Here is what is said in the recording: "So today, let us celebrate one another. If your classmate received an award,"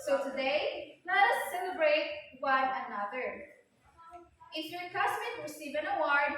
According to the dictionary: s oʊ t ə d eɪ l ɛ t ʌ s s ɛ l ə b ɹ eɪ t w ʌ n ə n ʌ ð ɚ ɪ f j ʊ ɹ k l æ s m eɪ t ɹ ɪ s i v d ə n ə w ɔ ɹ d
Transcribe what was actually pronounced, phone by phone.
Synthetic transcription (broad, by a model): s oʊ t ə d eɪ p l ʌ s s ɛ l ə b ɹ eɪ t w ʌ n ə n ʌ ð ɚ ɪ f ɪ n k ɑ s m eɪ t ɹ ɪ s i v ə n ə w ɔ ɹ d